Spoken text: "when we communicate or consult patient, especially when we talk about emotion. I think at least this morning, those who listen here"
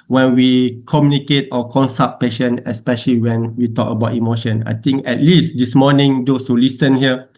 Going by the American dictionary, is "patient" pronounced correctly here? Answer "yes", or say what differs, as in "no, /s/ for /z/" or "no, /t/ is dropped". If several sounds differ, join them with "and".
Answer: no, /t/ is dropped